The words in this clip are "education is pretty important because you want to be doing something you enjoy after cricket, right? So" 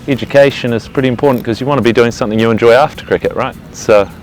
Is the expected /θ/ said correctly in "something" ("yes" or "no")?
yes